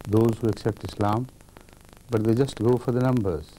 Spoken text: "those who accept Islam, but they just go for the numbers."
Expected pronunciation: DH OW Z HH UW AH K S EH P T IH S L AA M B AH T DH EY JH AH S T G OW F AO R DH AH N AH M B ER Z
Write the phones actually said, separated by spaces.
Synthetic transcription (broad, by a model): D OW Z HH UW AH K S EH P T IH S L AA M B AH T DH EY JH AH S T G OW F AO R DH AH N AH M B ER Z